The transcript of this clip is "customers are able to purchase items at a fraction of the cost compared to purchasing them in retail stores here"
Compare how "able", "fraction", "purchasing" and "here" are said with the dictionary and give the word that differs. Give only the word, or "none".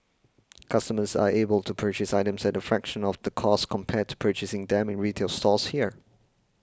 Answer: none